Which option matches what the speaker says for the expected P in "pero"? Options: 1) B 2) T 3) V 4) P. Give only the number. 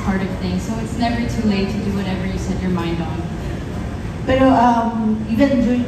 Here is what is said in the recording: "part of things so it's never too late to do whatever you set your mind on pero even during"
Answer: 1